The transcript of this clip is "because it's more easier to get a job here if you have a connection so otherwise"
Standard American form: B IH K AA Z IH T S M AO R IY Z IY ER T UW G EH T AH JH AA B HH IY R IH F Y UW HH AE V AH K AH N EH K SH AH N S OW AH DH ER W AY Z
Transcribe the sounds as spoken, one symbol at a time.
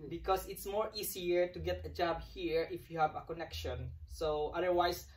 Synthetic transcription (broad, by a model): B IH K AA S IH T S M AO R IY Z IY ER T UW G EH T AH JH AA B HH IY R IH F Y UW HH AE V AH K AH N EH K SH AH N S OW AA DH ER W AY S